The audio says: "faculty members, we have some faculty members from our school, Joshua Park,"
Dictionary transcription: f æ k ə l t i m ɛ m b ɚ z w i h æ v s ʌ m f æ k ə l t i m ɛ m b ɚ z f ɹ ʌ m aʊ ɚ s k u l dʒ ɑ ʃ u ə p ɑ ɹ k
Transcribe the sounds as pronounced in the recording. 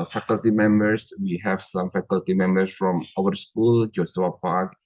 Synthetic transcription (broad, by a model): f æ k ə l t i m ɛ m b ɚ s w i h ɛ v s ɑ m f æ k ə l t i m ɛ m b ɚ s f ɹ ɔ m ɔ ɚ s k u l dʒ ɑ s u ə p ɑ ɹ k